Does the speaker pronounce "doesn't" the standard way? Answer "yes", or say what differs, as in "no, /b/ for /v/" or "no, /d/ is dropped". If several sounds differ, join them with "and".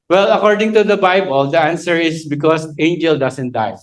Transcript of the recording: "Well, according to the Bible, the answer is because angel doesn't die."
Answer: no, /s/ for /z/